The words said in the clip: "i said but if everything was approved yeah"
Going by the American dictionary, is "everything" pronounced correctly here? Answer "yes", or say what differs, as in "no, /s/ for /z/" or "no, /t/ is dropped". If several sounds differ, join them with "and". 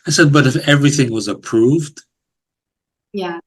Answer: yes